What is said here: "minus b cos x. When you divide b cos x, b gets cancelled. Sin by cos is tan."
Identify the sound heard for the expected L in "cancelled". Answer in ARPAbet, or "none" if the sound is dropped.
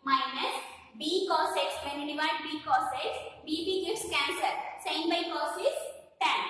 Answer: none